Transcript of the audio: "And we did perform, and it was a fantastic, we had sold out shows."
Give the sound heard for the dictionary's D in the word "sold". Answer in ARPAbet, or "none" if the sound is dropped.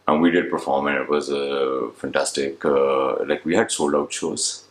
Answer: none